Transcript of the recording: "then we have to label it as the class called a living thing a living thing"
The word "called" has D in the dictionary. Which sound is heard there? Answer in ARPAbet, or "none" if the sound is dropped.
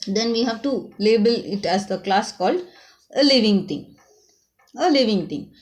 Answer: D